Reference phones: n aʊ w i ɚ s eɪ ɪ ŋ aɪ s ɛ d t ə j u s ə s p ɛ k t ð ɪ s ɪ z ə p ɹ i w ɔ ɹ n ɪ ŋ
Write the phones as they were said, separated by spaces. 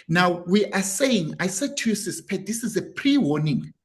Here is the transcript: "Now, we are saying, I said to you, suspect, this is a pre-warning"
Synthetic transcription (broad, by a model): n aʊ w i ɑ s eɪ ɪ ŋ aɪ s ɛ d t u s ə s p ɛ t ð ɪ s ɪ z ə p ɹ i w ɔ n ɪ ŋ